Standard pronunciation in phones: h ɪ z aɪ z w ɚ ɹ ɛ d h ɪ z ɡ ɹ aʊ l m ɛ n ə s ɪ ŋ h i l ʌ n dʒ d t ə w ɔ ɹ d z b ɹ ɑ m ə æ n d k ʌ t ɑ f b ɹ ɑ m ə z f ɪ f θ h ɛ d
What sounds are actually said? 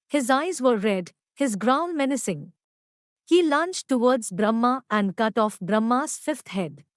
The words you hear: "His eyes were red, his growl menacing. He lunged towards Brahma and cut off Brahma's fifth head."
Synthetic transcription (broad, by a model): h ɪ z aɪ z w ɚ ɹ ɛ d h ɪ z ɡ ɹ aʊ n m ɛ n ə s ɪ ŋ h i l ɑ n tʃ t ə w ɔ ɹ d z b ɹ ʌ m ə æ n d k ʌ t ɑ f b ɹ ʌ m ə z f ɪ f t h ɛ d